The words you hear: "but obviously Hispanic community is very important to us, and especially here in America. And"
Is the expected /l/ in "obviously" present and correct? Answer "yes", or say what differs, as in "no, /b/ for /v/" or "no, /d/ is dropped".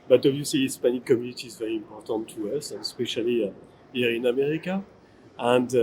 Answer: no, /l/ is dropped